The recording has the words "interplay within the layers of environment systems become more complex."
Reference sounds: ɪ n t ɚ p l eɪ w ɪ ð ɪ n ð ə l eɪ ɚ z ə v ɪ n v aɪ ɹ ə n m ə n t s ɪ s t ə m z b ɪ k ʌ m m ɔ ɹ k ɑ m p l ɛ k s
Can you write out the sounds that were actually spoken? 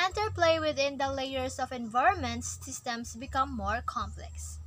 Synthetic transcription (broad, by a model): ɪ n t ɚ p l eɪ w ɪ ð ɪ n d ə l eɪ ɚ s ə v ɪ n v aɪ ɹ ə n m ə n t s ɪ s t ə m s b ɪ k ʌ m m ɔ ɹ k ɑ m p l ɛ k s